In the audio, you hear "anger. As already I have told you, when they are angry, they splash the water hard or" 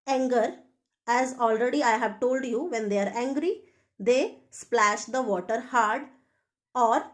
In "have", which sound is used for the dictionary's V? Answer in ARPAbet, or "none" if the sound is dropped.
V